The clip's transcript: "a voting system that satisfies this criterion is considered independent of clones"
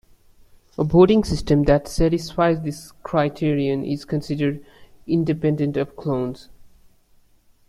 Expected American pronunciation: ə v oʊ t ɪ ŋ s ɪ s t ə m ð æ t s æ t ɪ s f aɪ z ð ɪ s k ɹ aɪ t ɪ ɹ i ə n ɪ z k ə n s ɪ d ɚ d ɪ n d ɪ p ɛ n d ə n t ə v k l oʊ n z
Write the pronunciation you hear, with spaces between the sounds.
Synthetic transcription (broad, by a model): ə b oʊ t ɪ ŋ s ɪ s t ə m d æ t s æ t ɪ s f aɪ z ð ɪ s k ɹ aɪ t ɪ ɹ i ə n ɪ z k ə n s ɪ d ɚ d ɪ n d ɪ p ɛ n d ə n t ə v k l oʊ n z